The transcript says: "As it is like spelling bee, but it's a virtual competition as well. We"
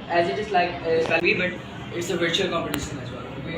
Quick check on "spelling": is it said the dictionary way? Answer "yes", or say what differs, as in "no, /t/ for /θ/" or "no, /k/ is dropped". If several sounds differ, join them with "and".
no, /l/ is dropped